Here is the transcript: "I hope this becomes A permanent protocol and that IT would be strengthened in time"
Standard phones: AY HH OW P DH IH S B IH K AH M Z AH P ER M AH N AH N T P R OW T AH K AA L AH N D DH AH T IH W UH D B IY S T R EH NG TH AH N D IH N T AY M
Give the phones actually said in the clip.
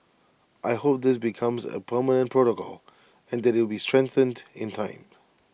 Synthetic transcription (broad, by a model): AY HH OW P DH IH S B IH K AH M Z AH P ER M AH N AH N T P R OW T AH K AA L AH N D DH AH T IH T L B IY S T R EH NG TH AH N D IH N T AY M